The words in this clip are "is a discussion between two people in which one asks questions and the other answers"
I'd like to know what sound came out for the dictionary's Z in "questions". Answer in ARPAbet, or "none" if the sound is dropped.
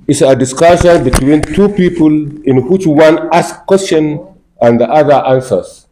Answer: none